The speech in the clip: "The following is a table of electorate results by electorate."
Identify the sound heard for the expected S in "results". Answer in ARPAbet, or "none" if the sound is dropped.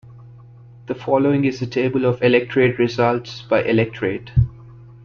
S